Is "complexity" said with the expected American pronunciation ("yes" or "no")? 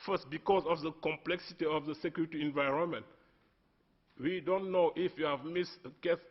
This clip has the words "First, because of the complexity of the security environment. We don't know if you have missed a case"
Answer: yes